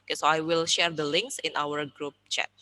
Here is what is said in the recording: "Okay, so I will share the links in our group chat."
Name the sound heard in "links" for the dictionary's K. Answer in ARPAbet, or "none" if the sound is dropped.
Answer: K